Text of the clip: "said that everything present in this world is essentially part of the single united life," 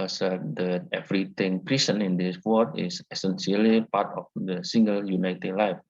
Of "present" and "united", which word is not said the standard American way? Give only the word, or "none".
present